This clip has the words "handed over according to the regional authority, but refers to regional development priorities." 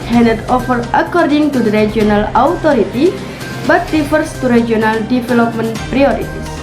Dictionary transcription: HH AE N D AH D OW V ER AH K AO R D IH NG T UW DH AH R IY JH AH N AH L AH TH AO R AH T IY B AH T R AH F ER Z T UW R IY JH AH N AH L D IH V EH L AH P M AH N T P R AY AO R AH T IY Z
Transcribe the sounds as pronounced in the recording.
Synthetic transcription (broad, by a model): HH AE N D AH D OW F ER AH K AO R D IH NG T UW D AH R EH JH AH N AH L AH T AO R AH T IY B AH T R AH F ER S T UW R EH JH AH N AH L D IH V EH L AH P M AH N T P R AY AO R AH T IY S